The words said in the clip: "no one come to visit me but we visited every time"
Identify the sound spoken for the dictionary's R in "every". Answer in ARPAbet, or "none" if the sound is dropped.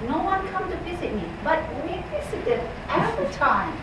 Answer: none